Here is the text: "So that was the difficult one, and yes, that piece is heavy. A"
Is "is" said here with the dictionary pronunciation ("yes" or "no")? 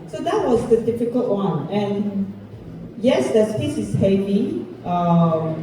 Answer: no